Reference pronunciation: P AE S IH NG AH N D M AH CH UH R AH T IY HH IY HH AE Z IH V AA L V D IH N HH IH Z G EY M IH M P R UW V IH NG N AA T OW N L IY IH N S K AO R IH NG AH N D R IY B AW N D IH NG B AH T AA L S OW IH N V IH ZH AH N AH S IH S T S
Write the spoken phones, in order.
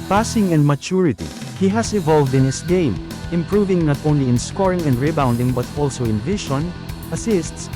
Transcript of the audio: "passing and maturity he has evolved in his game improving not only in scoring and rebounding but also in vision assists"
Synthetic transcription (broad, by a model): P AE S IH NG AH N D M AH CH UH R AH T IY HH IY HH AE S IH V AA L V D IH N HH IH S G EY M IH M P R UW V IH NG N AA T OW N L IY IH N S K AO R IH NG AH N D R IY B AW N D IH NG B AH T AA L S OW IH N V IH SH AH N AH S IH S T S